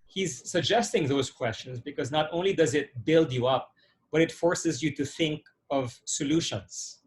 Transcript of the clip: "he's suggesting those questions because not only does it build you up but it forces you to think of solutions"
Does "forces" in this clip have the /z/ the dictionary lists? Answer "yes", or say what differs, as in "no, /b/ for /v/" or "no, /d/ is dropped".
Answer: yes